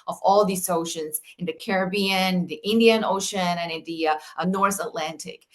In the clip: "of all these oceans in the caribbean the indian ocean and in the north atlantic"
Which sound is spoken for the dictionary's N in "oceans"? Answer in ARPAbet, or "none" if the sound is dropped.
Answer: N